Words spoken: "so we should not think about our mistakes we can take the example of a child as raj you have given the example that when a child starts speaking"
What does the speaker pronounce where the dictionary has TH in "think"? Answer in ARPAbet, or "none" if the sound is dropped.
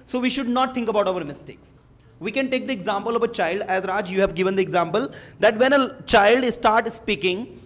T